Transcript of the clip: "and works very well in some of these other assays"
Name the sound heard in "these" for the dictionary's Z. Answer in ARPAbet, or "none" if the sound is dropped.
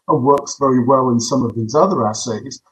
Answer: Z